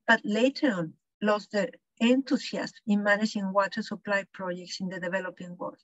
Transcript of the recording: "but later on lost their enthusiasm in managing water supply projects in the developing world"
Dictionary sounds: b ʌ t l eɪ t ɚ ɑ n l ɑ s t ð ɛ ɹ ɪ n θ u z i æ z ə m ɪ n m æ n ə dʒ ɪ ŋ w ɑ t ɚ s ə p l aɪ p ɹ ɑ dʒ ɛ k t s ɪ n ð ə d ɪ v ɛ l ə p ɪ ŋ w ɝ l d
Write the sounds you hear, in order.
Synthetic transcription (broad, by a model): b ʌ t l eɪ t ɚ ɑ n l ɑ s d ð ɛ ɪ n t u s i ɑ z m ɪ n m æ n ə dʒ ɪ ŋ w ɑ t ɚ s ə p l aɪ p ɹ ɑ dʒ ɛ k t s ɪ n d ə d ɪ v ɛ l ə p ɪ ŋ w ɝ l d